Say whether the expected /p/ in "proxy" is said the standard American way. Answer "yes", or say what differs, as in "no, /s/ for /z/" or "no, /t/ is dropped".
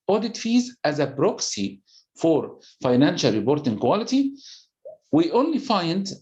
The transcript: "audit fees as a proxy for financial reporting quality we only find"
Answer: no, /b/ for /p/